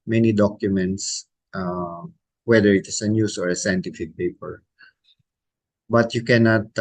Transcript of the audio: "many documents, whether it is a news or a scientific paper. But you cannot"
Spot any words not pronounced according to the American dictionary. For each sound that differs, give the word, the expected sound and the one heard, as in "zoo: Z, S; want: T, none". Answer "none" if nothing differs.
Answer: is: Z, S; news: Z, S